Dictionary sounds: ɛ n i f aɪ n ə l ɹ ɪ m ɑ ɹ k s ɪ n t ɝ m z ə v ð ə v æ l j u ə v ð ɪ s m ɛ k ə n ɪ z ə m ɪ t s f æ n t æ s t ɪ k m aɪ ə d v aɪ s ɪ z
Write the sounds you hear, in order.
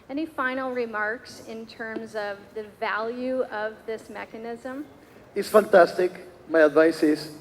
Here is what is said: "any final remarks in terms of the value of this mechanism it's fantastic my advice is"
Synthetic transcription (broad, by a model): ɛ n i f aɪ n l ɹ ɪ m ɑ ɹ k s ɪ n t ɝ m z ə v ð ə v æ l j u ə v ð ɪ s m ɛ k ə n ɪ z ə m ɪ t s f æ n t æ s t ɪ k m aɪ ə d v aɪ s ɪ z